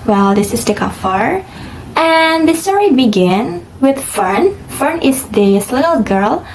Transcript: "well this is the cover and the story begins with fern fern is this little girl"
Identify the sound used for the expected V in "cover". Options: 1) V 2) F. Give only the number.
2